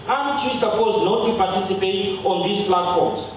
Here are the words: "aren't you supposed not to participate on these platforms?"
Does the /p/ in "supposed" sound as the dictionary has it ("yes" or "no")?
yes